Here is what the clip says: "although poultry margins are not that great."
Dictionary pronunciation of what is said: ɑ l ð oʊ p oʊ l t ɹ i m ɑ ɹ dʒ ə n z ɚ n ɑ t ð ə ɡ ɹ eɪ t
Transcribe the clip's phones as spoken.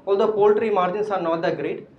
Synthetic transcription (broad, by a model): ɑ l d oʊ p oʊ l t ɹ i m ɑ ɹ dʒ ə n s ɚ n ɑ t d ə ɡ ɹ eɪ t